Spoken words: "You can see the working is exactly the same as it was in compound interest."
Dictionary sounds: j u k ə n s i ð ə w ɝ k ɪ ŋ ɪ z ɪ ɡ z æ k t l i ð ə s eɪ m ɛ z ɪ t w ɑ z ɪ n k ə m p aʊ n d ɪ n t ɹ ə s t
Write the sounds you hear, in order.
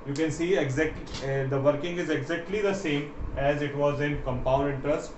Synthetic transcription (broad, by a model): j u k ə n s i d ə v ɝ k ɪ ŋ ɪ z ɪ ɡ z æ k t l i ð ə s eɪ m ɛ z ɪ t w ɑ z ɪ n k ə m p aʊ n d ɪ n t ɹ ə s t